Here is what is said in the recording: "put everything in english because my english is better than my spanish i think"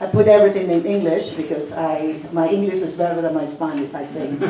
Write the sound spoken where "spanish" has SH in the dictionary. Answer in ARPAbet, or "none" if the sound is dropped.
S